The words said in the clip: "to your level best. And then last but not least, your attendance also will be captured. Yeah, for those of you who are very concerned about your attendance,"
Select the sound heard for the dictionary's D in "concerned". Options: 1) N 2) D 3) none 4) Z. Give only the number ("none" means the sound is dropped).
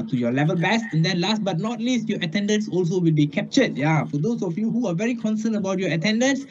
3